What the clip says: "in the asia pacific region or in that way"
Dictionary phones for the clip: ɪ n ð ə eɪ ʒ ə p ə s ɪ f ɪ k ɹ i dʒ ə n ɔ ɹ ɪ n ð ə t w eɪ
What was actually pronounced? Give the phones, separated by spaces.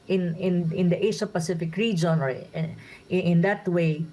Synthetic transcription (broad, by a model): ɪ n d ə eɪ ʃ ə p ə s ɪ f ɪ k ɹ i dʒ ə n ɔ ɹ ɪ n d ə t w eɪ